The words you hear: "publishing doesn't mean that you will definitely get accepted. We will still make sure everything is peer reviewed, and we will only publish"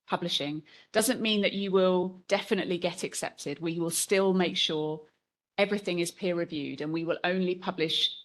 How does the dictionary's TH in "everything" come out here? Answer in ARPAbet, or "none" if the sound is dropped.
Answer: TH